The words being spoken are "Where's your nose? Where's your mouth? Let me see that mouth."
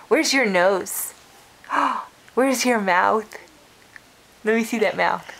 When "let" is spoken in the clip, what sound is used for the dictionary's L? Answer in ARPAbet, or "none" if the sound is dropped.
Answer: N